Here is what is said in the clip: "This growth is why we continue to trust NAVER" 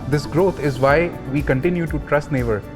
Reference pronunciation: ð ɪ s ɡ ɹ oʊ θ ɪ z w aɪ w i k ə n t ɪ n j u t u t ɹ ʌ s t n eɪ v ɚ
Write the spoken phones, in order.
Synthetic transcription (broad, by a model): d ɪ s ɡ ɹ oʊ t ɪ z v aɪ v i k ə n t ɪ n j u t u t ɹ ʌ s t n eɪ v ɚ